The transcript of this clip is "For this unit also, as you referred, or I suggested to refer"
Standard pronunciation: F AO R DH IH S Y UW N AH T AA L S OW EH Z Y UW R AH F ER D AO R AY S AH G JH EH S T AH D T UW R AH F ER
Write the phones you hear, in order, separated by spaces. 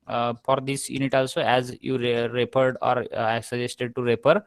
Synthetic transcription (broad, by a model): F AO R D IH S Y UW N AH T AA L S OW EH Z Y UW R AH P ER D AO R AY S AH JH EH S T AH D T UW R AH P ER